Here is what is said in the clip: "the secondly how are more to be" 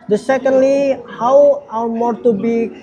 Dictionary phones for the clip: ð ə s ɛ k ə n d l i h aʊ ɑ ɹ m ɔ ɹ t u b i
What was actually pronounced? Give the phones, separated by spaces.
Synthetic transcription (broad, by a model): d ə s ɛ k ə n d l i h aʊ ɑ w m ɔ ɹ t u b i